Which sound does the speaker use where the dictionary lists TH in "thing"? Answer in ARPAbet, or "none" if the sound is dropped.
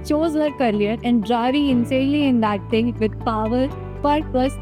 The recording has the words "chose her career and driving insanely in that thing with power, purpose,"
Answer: T